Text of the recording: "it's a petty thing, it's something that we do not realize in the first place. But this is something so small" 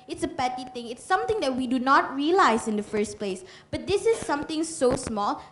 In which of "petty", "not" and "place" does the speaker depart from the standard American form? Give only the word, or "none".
none